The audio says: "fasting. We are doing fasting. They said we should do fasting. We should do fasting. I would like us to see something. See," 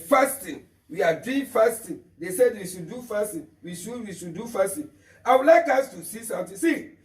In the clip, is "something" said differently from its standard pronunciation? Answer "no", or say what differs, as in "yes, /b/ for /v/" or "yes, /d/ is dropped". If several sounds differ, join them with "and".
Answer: yes, /t/ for /θ/